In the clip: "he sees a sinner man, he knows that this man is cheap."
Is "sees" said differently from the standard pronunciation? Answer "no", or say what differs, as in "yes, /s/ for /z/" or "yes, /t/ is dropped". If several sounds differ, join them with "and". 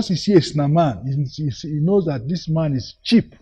yes, /z/ is dropped